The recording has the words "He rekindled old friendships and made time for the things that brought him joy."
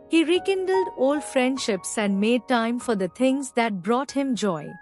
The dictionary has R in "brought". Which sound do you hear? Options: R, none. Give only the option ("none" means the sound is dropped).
R